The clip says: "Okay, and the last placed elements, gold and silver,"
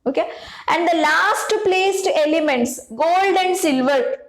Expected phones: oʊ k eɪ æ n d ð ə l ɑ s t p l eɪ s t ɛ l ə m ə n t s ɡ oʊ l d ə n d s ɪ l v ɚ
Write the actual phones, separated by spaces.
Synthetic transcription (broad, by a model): oʊ k eɪ æ n d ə l ɑ s t p l eɪ s t ɛ l ə m ə n t s ɡ oʊ l d ə n d s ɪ l v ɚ